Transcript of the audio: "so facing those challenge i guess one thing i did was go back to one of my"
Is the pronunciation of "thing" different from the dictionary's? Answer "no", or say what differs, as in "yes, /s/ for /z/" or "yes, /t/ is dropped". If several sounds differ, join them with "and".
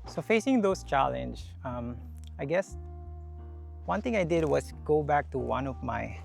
yes, /t/ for /θ/